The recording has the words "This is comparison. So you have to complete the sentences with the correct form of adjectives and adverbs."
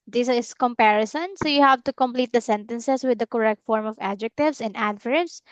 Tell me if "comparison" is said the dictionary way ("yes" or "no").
yes